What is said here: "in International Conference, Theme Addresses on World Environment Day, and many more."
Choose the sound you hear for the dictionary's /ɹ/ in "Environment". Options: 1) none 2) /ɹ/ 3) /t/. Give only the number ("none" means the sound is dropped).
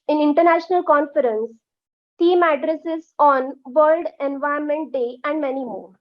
1